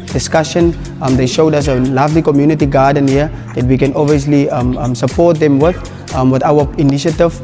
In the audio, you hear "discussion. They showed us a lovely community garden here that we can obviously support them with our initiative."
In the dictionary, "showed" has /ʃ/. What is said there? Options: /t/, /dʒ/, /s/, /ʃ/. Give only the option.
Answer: /ʃ/